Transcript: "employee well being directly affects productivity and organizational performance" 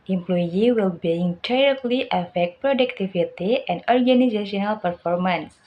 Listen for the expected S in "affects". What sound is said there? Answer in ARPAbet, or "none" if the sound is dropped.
none